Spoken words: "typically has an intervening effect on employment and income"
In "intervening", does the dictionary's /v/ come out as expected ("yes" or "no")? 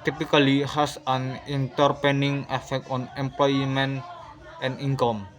no